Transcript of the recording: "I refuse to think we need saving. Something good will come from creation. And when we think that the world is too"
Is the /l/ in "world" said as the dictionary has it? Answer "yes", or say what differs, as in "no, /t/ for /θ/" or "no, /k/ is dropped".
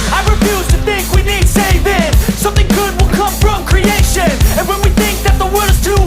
no, /l/ is dropped